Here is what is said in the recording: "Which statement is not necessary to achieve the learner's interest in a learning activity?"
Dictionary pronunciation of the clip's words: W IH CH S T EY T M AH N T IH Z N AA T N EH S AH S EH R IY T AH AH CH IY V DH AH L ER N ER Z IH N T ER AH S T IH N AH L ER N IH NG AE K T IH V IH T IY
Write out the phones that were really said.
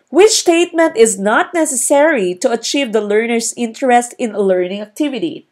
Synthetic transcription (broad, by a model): W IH CH S T EY T M AH N T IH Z N AA T N EH S AH S EH R IY T AH AH CH IY V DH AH L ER N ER S IH N T ER AH S T IH N AH L ER N IH NG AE K T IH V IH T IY